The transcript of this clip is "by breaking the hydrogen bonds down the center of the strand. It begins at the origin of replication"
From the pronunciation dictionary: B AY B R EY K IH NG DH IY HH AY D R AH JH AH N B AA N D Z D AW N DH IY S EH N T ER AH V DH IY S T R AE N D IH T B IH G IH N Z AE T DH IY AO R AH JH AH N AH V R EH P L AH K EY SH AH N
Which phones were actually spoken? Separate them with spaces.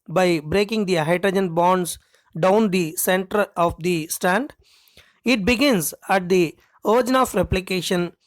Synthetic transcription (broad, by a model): B AY B R EY K IH NG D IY HH AY D R AH JH AH N B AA N D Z D AW N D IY S EH N T ER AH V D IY S T AE N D IH T B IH G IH N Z AE T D IY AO R JH N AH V R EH P L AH K EY SH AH N